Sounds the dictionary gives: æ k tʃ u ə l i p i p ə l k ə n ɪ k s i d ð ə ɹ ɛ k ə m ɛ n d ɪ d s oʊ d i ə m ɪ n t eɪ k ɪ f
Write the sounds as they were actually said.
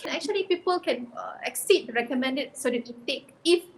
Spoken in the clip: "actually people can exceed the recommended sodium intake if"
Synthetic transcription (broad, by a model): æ k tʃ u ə l i p i p ə l k ə n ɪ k s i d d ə ɹ ɛ k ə m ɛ n d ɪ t s oʊ d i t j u t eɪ k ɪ f